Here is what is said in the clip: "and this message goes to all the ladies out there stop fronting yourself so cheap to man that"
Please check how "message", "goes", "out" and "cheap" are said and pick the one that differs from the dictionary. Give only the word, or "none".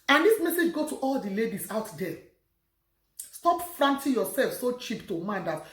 goes